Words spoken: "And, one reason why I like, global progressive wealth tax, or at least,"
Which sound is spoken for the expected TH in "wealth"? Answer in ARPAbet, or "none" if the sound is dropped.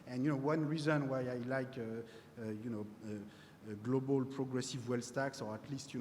S